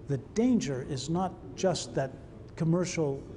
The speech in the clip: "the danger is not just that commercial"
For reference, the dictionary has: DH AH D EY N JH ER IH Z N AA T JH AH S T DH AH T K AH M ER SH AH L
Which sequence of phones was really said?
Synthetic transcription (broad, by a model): DH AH D EY N JH ER IH Z N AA T JH AH S T DH AH T K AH M ER SH L